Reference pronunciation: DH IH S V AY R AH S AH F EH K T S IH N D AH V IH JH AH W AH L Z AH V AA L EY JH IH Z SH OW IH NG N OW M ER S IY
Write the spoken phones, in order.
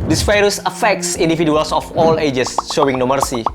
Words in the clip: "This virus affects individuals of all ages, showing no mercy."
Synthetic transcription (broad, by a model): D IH S F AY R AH S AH F EH K S S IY N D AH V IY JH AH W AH L S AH F AA L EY JH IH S SH OW IH NG N OW M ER S IY